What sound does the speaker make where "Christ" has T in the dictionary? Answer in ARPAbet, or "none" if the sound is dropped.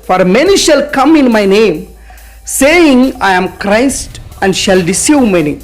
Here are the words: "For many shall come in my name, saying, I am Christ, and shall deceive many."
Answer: T